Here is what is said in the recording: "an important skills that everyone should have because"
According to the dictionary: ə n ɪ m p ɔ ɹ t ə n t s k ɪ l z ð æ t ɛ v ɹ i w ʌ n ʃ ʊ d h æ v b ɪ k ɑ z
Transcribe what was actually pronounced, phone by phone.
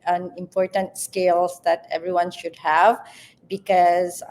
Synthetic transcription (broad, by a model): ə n ɪ m p ɔ ɹ t ə n t s k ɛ l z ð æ t ɛ v ɹ i w ʌ n ʃ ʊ d h æ v b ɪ k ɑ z